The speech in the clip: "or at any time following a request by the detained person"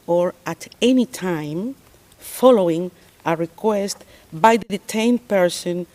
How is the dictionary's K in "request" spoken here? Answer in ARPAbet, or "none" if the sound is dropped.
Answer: K